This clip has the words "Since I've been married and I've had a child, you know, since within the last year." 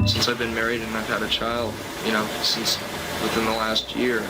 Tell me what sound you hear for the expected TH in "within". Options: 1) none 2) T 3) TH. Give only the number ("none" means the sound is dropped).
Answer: 3